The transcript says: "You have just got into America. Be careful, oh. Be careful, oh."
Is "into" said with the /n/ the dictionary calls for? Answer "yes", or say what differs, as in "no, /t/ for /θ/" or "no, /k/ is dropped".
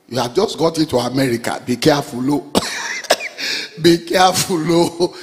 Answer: no, /n/ is dropped